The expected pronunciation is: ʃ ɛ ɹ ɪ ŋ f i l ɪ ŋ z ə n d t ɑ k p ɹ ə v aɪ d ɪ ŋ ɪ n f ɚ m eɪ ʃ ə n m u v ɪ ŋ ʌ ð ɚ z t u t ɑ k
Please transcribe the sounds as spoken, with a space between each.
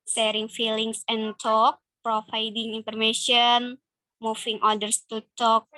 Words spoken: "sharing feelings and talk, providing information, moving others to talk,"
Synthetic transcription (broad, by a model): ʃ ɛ ɹ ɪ ŋ f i l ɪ ŋ s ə n t ɑ k p ɹ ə f aɪ d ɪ ŋ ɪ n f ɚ m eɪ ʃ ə n m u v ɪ ŋ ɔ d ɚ s t u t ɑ k